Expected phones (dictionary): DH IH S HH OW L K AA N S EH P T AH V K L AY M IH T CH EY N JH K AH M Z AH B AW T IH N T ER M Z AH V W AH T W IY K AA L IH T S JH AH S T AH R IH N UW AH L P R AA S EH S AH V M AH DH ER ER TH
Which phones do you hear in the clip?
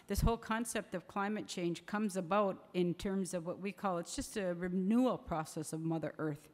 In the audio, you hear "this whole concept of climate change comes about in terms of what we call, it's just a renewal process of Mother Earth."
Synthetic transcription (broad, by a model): DH IH S HH OW L K AA N S EH P T AH V K L AY M IH T CH EY N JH K AH M Z AH B AW T IH N T ER M Z AH V W AH T W IY K AA L IH T S JH AH S T AH R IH N UW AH L P R AA S EH S AH V M AH DH ER ER TH